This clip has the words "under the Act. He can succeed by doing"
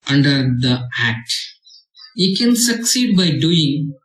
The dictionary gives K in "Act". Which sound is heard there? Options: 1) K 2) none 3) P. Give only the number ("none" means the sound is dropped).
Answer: 1